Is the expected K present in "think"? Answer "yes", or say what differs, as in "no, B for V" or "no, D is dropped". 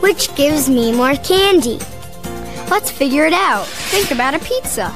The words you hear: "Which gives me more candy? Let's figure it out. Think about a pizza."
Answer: yes